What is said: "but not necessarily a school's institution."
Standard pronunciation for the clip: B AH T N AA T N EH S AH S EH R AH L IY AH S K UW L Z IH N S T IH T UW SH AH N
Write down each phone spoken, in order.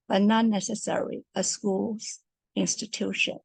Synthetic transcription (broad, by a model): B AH T N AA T N EH S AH S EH R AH L IY AH S K UW L Z IH N S T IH T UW SH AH N